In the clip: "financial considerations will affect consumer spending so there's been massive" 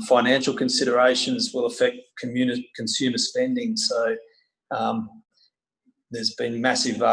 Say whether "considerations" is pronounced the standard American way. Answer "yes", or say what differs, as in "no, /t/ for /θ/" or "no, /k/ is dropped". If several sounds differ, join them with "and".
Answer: yes